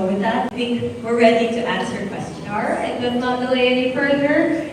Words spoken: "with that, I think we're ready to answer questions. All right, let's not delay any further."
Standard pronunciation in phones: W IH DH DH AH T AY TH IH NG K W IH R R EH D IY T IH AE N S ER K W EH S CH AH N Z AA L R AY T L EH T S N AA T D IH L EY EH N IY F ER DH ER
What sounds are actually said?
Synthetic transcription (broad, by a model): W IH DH DH AH T AY TH IH NG K W IH R R EH D IY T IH AE N S ER K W EH S CH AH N AA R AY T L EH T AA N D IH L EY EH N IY F ER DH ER